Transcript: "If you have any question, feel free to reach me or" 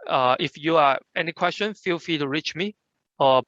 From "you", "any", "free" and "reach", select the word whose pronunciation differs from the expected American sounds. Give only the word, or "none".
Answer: free